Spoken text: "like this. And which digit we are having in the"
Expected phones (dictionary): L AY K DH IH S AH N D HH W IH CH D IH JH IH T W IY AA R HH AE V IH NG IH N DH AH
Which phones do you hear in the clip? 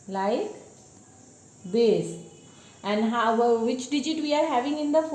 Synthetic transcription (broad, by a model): L AY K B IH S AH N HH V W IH CH D IH JH IH T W IY AA R HH AE V IH NG IH N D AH